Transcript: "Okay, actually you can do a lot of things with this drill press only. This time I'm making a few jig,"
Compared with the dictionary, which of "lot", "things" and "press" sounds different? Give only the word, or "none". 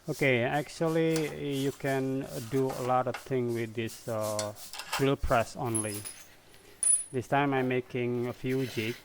things